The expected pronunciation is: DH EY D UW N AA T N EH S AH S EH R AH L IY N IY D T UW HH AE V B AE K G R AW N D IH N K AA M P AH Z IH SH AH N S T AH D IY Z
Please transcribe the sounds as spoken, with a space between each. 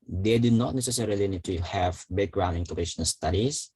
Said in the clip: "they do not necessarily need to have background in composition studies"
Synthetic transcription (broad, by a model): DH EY D UW N AA T N EH S AH S EH R AH L IY N IY D T UW HH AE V B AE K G R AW N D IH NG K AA P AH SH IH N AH L S T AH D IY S